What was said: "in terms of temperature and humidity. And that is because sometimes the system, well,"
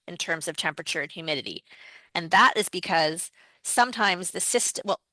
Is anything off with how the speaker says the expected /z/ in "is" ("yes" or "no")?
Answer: no